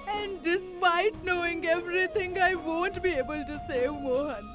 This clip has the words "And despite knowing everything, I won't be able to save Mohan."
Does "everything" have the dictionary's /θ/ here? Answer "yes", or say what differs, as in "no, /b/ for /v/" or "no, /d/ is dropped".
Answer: no, /t/ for /θ/